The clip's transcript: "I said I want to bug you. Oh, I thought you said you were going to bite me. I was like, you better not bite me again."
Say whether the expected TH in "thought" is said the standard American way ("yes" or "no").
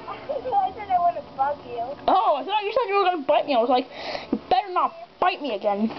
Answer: no